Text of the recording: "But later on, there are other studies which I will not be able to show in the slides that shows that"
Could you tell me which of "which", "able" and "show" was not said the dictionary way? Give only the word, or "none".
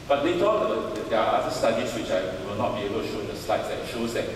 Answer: none